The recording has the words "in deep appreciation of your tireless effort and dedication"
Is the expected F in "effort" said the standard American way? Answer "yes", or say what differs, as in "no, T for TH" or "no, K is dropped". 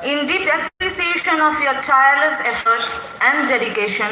yes